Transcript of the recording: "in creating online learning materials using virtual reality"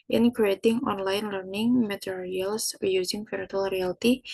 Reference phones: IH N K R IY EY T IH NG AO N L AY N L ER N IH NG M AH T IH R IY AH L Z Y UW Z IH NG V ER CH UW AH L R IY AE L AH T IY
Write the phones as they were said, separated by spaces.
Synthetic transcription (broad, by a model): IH N K R IY EY T IH NG AO N L AY N L ER N IH NG M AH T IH R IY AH L S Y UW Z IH NG P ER UW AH L R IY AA L T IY